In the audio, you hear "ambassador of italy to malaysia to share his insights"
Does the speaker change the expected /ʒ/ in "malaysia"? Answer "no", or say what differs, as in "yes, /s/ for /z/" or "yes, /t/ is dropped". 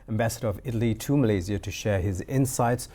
yes, /z/ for /ʒ/